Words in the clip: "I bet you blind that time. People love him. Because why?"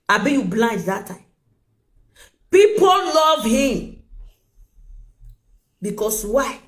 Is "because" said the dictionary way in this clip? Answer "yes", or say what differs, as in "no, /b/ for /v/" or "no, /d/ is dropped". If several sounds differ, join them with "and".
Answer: no, /s/ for /z/